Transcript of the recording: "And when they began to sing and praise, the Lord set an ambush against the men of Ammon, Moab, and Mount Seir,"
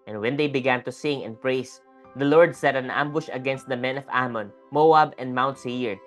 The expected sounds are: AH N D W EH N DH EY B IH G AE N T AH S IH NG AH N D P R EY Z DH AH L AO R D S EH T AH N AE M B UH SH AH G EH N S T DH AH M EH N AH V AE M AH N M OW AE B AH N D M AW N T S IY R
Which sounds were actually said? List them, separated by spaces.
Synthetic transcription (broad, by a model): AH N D W EH N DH EY B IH G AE N T AH S IH NG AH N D P R EY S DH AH L AO R D S EH T AH N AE M B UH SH AH G EH N S T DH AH M EH N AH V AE M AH N M OW AE B AH N D M AW N T S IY R